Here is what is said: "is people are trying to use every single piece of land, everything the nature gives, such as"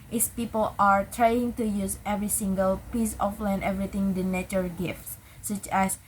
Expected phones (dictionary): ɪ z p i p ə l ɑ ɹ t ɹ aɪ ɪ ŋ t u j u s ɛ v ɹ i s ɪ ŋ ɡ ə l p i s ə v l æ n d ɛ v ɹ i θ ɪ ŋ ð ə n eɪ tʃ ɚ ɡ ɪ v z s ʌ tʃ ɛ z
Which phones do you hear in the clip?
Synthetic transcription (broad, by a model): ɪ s p i p ə l ɑ ɹ t ɹ aɪ ɪ ŋ t u j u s ɛ v ɹ i s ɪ ŋ ɡ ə l p i s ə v l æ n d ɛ v ɹ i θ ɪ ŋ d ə n eɪ tʃ ɚ ɡ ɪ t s s ʌ tʃ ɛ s